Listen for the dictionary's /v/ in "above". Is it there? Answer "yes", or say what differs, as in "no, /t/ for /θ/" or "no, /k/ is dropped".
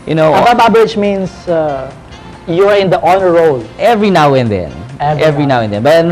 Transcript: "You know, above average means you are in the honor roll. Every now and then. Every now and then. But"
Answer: no, /b/ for /v/